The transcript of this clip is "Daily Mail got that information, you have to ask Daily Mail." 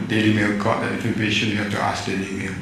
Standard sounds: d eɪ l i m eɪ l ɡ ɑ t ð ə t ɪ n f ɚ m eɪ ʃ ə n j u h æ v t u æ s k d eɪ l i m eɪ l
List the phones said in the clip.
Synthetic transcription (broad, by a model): d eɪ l i m eɪ l ɡ ɑ t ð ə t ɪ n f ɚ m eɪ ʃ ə n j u h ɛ f t u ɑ s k d eɪ l i m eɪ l